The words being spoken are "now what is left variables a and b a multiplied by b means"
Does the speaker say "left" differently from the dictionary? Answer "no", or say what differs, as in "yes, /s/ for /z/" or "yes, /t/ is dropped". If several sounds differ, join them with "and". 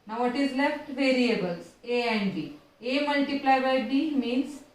no